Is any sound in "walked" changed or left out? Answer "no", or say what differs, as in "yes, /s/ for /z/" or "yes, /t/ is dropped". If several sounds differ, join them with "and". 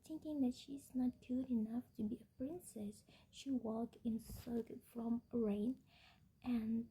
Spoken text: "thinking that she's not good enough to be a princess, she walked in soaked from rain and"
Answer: yes, /t/ is dropped